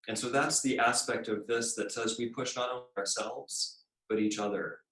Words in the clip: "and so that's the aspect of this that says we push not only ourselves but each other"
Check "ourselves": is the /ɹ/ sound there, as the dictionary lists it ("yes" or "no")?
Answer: yes